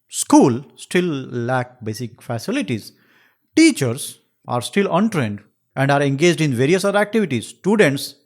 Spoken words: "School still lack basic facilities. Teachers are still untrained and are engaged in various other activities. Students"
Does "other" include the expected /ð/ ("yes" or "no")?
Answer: no